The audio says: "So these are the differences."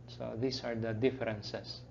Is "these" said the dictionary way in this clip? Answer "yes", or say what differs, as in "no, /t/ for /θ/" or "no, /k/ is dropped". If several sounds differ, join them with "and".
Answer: no, /s/ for /z/